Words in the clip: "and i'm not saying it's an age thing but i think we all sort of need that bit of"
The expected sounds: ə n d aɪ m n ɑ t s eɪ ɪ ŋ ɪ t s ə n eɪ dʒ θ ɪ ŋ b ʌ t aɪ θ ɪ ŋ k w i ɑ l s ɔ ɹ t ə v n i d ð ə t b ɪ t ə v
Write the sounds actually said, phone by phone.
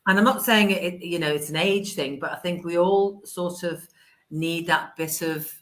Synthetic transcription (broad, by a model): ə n aɪ m n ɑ t s eɪ ɪ ŋ ɪ t s ə n eɪ dʒ θ ɪ ŋ b ʌ t aɪ θ ɪ ŋ k w i ɑ l s ɔ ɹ t ə v n i d ð ə t b ɪ t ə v